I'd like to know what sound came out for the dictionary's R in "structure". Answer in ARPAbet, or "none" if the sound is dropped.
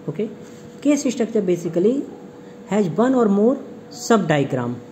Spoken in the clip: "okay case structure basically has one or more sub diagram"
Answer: none